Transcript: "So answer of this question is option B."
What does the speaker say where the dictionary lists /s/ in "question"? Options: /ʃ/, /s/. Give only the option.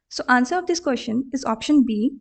/ʃ/